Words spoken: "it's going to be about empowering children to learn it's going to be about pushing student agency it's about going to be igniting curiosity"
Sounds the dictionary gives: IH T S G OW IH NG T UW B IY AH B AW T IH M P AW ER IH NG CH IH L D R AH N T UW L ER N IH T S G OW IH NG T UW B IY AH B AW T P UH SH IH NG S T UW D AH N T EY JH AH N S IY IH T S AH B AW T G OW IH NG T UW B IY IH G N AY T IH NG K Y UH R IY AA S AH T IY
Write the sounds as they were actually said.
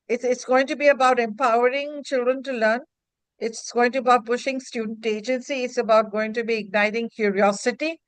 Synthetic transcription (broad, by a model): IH T S G OW IH NG T UW B IY AH B AW T IH M P AW ER IH NG CH IH L D R AH N T UW L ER N IH T S G OW IH NG T UW AH B AW T P UH SH IH NG S T UW D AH N T EY JH AH N S IY IH T S AH B AW T G OW IH NG T UW B IY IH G N AY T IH NG K Y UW R IY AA S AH T IY